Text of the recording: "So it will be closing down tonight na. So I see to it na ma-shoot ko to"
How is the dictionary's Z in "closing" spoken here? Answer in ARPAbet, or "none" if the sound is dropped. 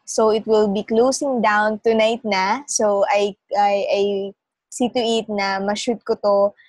S